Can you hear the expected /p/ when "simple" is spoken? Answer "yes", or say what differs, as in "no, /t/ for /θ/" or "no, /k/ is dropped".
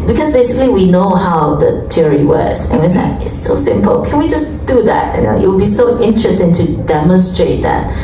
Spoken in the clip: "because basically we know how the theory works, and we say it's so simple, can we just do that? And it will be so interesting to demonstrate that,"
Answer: yes